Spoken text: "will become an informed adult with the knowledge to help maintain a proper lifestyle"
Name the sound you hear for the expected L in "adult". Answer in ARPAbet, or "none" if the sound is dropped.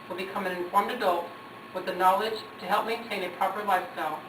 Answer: L